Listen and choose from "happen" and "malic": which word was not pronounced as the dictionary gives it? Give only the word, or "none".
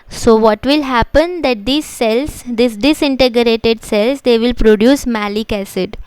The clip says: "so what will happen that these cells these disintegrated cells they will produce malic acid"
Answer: none